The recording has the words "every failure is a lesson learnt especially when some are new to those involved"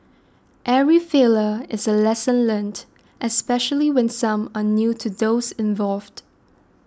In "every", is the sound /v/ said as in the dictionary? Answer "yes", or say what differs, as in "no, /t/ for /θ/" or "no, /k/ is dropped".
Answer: no, /v/ is dropped